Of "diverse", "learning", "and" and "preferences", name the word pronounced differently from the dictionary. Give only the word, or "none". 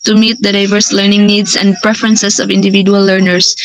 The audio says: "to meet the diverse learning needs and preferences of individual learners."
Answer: preferences